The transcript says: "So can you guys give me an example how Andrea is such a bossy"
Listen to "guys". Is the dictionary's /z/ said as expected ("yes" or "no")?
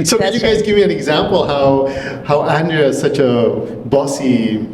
yes